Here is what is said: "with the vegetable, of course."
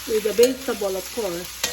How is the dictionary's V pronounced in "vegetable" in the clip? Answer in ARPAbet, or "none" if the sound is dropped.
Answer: B